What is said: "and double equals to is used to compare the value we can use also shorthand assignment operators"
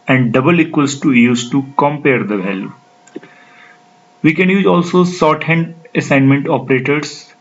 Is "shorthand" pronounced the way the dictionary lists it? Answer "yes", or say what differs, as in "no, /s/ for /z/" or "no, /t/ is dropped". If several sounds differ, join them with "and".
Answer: no, /s/ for /ʃ/